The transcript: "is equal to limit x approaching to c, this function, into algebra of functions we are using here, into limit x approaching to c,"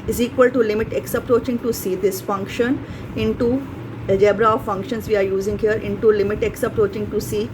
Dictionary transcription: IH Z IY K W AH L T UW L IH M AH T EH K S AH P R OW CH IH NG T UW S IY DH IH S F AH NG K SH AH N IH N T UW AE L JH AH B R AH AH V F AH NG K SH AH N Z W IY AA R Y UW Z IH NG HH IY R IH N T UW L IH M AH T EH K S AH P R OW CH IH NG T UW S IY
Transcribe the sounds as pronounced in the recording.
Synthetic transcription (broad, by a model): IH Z IY K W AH L T UW L IH M AH T EH K S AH P R OW CH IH NG T UW S IY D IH S F AH NG K SH AH N IH N T UW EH JH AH B R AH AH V F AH NG K SH AH N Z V IY AA R Y UW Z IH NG HH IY R IH N T UW L IH M AH T EH K S AH P R OW CH IH NG T UW S IY